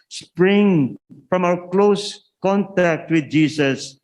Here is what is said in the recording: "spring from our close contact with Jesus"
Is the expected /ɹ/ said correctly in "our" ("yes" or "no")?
no